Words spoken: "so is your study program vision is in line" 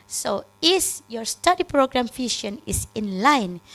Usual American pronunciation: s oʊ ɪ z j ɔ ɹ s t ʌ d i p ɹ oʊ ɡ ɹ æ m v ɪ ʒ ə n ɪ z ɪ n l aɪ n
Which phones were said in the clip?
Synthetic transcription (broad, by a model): s oʊ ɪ s j ɔ ɹ s t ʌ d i p ɹ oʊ ɡ ɹ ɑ m f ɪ ʃ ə n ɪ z ɪ n l aɪ n